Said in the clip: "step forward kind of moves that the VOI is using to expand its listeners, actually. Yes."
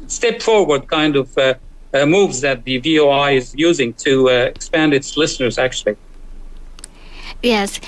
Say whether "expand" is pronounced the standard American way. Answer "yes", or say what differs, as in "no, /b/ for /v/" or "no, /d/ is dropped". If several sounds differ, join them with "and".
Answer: yes